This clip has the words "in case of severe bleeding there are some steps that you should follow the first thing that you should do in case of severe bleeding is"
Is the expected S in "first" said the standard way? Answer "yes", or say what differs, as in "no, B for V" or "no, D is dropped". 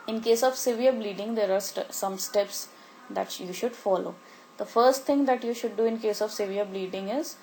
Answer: yes